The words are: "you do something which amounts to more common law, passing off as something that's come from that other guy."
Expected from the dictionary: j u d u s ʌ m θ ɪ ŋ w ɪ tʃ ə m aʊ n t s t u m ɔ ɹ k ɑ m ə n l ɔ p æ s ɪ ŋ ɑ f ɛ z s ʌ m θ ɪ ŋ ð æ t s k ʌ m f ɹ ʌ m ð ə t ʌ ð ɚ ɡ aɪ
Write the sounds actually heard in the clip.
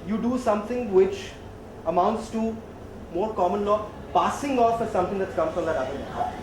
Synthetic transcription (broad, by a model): j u d u s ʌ m t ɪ ŋ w ɪ tʃ ə m aʊ n t s t u m ɔ ɹ k ɑ m ə n l ɔ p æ s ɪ ŋ ɑ f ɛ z s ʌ m t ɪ ŋ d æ t s k ʌ m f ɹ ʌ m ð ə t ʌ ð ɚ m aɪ